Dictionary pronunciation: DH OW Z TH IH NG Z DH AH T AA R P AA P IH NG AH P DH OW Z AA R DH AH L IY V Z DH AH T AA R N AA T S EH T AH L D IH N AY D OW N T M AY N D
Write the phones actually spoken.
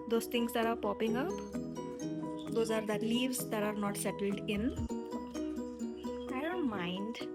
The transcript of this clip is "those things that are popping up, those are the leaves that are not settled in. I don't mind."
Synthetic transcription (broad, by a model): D OW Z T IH NG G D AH T AA R P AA P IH NG AH P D OW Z AA R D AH L IY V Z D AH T AA R N AA T S EH T AH L D IH N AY D OW N T M AY N D